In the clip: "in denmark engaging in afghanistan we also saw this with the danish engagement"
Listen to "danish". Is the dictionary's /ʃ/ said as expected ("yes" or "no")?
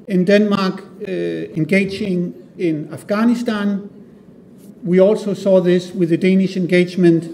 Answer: yes